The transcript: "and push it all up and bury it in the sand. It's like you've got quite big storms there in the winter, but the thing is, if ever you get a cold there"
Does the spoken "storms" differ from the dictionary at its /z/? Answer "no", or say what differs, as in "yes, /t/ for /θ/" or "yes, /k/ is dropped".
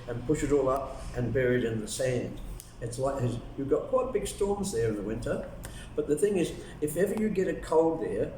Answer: no